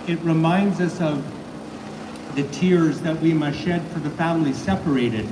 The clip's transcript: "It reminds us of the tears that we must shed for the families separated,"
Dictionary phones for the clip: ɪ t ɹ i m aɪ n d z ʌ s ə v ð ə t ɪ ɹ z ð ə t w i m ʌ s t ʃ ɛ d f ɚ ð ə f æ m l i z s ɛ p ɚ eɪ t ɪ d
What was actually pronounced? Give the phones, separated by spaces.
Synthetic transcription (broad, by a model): ɪ t ɹ i m aɪ n d z ʌ s ə v ð ə t ɪ ɹ z ð ə t w i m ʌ ʃ ɛ d f ɚ ð ə f æ m l i s ɛ p ɚ eɪ t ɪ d